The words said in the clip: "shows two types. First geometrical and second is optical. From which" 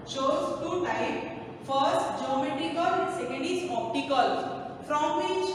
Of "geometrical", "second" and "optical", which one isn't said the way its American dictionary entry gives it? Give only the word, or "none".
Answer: none